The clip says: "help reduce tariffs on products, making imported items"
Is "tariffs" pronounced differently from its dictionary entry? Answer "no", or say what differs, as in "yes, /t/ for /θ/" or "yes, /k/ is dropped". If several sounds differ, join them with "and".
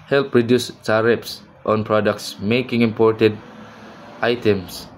yes, /p/ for /f/